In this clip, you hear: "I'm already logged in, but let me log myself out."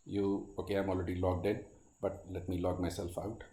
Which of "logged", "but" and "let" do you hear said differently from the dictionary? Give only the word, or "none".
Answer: none